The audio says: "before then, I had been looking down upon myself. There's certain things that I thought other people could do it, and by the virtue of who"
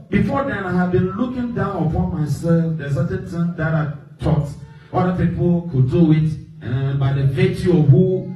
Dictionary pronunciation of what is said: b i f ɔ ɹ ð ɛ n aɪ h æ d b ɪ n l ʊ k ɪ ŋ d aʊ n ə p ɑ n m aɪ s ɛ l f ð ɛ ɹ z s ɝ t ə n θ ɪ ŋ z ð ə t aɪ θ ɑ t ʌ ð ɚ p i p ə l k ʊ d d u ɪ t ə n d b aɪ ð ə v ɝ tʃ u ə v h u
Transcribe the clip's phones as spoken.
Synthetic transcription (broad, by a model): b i f ɔ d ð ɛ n aɪ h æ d b ɪ n l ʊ k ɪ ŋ d aʊ n ə p ɑ n m aɪ s ɛ l f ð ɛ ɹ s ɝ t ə n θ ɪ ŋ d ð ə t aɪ t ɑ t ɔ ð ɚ p i p ə l k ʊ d d u ɪ t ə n b aɪ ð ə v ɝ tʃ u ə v h u